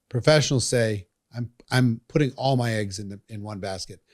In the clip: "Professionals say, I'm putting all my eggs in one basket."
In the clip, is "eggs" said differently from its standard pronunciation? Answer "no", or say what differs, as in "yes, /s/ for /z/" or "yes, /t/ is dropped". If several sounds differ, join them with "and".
no